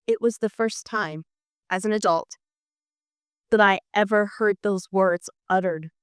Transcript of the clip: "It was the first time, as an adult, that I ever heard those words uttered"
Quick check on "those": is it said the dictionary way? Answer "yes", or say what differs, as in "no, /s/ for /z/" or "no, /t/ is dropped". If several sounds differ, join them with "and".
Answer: yes